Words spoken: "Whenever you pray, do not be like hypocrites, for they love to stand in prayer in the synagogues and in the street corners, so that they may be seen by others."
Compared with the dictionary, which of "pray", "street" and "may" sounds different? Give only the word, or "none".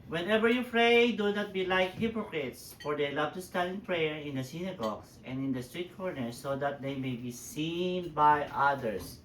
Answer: pray